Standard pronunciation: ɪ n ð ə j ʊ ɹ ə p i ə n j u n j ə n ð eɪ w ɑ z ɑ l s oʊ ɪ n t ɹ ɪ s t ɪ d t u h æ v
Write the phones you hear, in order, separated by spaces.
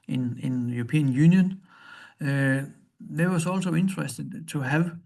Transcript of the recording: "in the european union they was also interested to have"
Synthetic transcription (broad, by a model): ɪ n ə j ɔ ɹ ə p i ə n j u n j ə n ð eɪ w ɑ s ɑ l s oʊ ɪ n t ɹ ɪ s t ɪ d s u h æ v